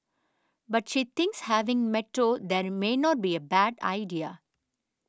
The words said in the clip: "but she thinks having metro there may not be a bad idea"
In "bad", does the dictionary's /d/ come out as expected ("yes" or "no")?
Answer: yes